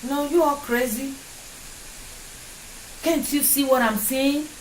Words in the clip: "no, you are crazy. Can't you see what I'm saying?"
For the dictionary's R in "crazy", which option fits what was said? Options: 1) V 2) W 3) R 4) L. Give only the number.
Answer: 3